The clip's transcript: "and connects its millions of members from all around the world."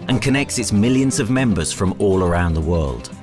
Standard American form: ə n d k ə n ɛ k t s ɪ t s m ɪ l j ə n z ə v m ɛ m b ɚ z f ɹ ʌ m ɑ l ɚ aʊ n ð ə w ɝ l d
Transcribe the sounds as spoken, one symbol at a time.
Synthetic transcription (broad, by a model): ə n k ə n ɛ k t s ɪ t s m ɪ l j ə n z ə v m ɛ m b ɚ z f ɹ ʌ m ɑ l ɚ aʊ n ð ə w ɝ l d